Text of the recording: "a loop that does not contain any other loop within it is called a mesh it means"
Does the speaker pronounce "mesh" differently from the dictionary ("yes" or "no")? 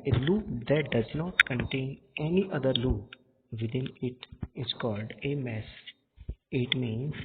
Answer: yes